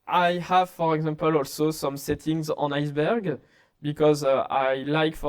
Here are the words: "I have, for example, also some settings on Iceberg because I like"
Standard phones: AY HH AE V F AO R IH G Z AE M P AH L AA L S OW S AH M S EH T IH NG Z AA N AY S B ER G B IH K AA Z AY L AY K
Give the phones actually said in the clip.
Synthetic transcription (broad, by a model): AY HH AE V F AO R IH G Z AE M P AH L AA L S OW S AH M S EH T IH NG Z AA N AY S B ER G B IH K AA Z AY L AY K